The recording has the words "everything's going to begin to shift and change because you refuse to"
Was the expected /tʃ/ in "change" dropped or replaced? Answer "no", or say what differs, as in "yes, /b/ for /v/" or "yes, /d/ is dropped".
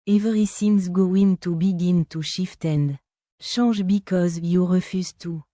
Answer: yes, /ʃ/ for /tʃ/